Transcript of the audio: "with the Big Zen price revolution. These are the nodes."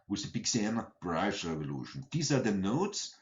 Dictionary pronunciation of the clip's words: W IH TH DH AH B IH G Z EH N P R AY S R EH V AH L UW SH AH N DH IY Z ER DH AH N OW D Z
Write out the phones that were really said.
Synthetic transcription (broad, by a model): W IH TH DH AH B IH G S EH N B R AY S R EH V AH L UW SH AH N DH IY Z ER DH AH N OW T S